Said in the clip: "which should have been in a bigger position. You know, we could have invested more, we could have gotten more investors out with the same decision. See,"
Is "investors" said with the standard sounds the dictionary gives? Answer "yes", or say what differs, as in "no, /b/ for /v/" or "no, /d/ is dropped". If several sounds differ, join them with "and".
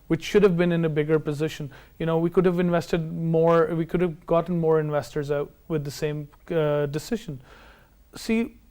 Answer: yes